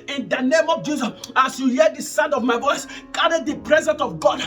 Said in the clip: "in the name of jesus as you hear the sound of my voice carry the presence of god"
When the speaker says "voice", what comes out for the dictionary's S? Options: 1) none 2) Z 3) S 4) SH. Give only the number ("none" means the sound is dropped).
3